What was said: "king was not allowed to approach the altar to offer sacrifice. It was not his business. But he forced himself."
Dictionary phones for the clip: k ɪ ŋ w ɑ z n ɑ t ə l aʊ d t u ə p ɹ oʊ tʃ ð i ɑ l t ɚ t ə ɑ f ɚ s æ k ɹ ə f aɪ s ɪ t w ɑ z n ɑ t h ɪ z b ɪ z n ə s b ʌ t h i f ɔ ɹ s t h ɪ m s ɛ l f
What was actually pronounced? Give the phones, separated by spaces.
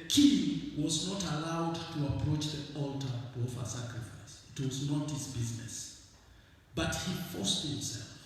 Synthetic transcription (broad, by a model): k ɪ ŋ w ɑ z n ɑ t ə l aʊ d t u ə p ɹ oʊ tʃ ð i ɑ l t ɚ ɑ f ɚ s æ k ɹ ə f aɪ s ɪ t w ɑ z n ɑ t h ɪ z b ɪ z n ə s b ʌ t h i f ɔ s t h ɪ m s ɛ l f